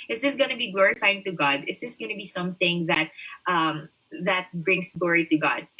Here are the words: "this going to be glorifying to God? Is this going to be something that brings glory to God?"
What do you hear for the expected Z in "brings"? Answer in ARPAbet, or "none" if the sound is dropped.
S